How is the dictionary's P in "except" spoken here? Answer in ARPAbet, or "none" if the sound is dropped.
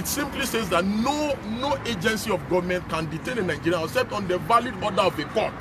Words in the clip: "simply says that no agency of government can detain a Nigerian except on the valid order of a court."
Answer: none